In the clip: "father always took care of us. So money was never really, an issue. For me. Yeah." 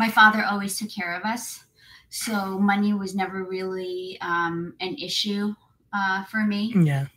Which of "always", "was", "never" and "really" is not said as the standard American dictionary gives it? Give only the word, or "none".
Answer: none